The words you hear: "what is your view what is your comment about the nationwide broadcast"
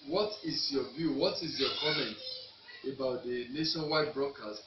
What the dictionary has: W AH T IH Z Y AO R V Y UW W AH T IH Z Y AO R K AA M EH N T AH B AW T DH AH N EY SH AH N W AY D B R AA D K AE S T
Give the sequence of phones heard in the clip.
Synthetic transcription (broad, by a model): W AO T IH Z Y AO V Y UW W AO T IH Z Y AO K AA M EH N T AH B AW T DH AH N EY SH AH N W AY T B R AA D K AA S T